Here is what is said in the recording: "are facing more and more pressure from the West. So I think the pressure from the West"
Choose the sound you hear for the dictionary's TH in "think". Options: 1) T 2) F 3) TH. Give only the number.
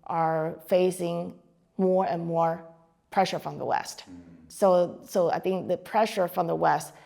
3